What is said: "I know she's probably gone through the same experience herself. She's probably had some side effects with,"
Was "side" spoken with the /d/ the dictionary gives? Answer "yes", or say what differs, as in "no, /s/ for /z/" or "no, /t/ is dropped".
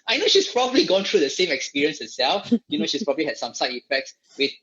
no, /d/ is dropped